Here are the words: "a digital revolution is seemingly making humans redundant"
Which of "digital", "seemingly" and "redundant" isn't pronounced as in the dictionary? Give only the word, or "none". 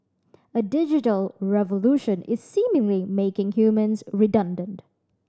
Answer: none